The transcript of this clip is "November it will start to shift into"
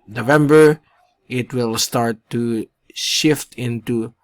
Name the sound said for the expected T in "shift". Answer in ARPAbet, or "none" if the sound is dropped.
T